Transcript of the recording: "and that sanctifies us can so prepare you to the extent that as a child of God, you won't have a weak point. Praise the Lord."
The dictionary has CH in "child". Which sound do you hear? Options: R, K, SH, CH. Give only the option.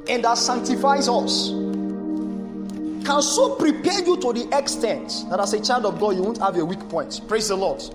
CH